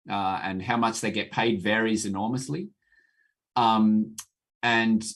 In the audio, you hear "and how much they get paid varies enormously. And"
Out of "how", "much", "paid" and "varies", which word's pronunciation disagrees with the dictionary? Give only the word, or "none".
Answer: none